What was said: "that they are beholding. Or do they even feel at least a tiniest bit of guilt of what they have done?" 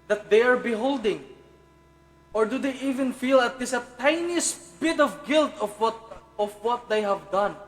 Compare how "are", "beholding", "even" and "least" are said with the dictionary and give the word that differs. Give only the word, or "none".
least